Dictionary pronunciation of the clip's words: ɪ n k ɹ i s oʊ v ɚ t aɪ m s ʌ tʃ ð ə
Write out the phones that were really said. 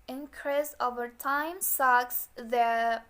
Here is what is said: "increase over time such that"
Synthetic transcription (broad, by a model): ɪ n k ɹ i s oʊ v ɚ t aɪ m s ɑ s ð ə